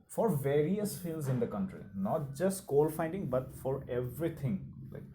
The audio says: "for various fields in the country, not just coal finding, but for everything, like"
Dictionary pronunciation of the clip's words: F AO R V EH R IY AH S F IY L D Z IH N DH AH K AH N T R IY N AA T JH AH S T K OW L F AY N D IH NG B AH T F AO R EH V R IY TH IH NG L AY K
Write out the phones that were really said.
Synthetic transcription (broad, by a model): F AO R V EH R IY AH S F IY L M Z IH N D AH K AH N T R IY N AA T JH AH S T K OW L F AY N D IH NG B AH T F AO R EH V R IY T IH NG L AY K